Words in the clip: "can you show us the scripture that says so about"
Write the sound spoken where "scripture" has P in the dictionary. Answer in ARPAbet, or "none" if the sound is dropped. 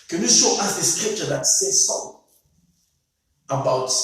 P